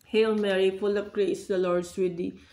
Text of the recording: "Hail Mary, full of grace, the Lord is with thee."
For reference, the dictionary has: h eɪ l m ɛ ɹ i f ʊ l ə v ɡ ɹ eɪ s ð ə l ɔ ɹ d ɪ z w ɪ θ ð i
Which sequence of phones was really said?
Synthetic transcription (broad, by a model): h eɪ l m ɛ ɹ i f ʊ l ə p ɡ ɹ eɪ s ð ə l ɔ ɹ d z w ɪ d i